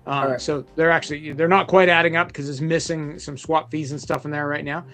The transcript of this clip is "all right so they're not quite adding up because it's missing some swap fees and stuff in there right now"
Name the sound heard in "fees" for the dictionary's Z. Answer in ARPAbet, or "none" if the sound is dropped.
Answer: Z